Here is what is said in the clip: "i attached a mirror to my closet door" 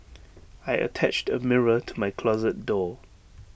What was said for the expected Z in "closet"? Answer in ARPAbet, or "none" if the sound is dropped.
Z